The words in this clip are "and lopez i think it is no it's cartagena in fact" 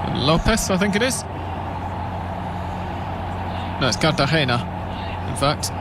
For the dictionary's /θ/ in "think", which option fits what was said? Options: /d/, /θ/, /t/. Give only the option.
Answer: /θ/